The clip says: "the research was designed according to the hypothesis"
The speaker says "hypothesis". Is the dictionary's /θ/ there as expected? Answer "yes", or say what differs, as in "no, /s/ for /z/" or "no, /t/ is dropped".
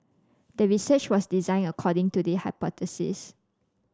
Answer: no, /t/ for /θ/